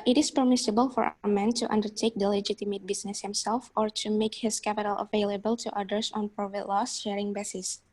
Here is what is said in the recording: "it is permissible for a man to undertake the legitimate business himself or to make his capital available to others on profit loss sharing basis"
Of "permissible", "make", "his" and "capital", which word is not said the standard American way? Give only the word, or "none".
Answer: his